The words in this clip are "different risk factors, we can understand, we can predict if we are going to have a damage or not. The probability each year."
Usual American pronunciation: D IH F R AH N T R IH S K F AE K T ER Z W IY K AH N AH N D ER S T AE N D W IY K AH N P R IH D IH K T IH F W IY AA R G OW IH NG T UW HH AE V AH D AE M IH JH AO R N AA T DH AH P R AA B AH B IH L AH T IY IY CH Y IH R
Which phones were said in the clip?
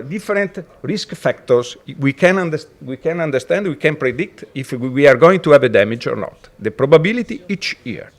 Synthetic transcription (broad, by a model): D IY F R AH N T R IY S K F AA K T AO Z W IY K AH N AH N D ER S T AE N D W IY K AH N P R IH D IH K T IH F W IY AA R G OW IH NG T UW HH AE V AH D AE M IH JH AO R N AA T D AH P R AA B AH B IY L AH T IY IY CH Y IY R